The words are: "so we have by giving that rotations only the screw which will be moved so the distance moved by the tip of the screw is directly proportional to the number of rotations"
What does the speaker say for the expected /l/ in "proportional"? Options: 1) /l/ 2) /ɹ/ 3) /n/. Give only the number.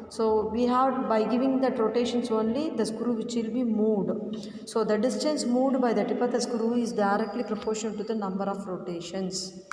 3